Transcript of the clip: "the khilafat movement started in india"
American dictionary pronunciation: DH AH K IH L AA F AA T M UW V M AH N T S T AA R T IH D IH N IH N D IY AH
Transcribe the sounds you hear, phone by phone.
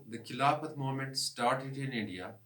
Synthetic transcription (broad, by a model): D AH K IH L AA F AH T M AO M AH N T S T AA R T IH D IH N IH N D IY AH